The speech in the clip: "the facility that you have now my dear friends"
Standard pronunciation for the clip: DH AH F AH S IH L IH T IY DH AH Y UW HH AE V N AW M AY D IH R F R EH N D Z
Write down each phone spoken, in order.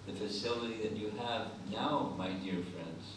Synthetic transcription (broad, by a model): DH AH F AH S IH L IH T IY DH AH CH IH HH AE V N AW M AY D IH R F R EH N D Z